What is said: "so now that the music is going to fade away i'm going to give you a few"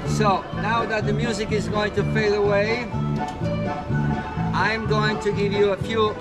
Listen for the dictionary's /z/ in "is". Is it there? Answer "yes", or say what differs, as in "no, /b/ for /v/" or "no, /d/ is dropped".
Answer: yes